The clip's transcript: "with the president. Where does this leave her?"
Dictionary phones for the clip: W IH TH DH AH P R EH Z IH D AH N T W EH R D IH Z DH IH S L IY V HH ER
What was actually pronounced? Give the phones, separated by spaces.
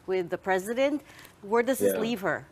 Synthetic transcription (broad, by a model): W IH DH AH P R EH Z IH D AH N T W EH R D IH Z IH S L IY V HH ER